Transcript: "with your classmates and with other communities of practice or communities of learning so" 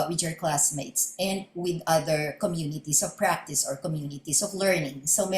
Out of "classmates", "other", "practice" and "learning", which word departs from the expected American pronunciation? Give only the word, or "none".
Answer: none